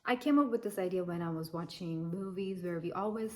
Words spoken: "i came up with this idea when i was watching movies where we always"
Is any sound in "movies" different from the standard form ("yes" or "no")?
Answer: no